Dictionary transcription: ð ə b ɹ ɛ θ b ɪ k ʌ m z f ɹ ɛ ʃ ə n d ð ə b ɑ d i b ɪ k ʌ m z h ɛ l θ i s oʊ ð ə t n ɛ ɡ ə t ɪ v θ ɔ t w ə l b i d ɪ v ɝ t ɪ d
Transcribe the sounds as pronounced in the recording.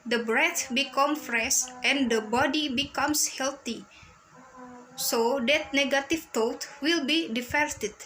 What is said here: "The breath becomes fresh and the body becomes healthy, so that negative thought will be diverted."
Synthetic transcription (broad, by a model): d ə b ɹ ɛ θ b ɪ k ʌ m f ɹ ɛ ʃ ə n d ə b ɑ d i b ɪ k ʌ m s h ɛ l t i s oʊ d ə t n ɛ ɡ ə t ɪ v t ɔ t w ə l b i d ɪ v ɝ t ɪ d